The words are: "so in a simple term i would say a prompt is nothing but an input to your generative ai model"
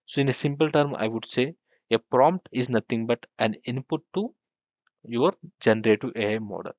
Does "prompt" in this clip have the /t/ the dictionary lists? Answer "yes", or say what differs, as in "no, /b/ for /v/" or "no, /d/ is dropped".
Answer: yes